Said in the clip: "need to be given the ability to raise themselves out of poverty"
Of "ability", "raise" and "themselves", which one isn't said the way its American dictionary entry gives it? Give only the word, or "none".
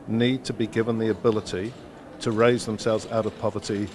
none